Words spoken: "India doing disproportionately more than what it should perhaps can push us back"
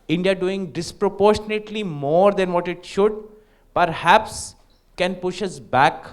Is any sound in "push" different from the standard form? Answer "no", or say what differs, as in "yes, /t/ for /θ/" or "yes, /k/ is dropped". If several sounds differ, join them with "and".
no